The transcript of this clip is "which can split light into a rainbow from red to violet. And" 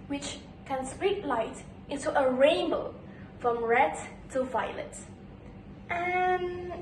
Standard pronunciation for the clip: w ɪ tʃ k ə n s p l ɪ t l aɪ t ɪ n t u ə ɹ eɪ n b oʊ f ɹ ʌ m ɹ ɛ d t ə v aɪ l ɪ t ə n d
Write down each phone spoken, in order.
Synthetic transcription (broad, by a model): w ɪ tʃ k ə n s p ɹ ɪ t l aɪ t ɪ n t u ə ɹ eɪ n b oʊ f ɹ ʌ m ɹ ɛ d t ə v aɪ l ɪ t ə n